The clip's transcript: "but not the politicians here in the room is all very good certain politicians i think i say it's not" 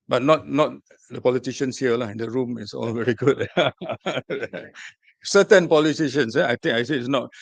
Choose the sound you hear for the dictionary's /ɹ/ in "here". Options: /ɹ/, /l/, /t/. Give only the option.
/l/